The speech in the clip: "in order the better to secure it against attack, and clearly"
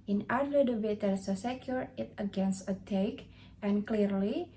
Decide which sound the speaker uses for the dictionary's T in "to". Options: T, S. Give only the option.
S